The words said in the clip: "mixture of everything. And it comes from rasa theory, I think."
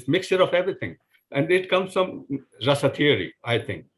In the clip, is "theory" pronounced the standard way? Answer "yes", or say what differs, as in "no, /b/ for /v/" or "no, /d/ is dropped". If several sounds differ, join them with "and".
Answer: no, /t/ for /θ/